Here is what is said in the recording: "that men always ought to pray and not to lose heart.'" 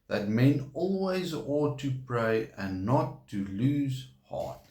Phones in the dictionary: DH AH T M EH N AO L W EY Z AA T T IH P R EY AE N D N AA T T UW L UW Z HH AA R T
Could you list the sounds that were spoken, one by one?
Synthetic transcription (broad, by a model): DH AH T M EH N AO L W EY Z AA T T IH P R EY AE N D N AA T T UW L UW Z HH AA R T